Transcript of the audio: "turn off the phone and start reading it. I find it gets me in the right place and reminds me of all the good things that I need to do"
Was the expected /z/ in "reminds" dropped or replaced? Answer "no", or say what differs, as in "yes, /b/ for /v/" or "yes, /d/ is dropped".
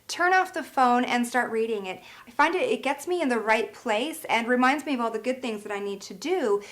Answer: no